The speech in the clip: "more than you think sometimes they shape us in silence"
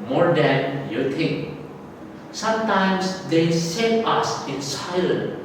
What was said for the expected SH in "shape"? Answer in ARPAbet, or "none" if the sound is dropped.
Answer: S